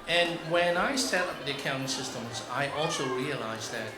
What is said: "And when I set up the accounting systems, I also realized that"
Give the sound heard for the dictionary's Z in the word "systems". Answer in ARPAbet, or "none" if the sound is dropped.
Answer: Z